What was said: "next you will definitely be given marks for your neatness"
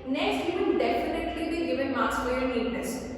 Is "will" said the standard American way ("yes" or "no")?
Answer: no